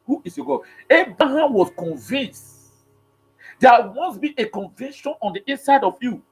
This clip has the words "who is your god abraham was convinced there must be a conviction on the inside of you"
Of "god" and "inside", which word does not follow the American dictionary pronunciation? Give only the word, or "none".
god